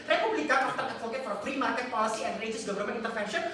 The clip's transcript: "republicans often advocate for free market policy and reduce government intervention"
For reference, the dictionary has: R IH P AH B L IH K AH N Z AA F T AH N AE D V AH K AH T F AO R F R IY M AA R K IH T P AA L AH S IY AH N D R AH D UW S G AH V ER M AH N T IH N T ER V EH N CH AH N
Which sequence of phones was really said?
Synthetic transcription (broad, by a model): R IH P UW B L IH K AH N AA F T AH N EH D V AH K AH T F AO R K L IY M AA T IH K P AA L AH S IY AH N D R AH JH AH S G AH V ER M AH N IH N T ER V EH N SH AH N